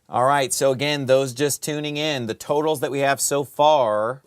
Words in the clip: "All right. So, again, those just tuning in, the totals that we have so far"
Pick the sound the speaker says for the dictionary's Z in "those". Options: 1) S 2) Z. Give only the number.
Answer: 2